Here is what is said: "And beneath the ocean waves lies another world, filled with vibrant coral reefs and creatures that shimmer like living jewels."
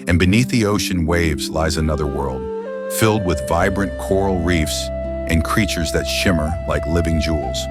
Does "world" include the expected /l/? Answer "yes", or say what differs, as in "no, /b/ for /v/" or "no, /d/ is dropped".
yes